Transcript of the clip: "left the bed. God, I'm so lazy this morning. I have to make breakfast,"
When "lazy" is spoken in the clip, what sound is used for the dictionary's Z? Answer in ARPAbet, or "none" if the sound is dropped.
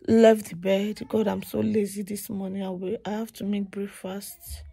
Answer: Z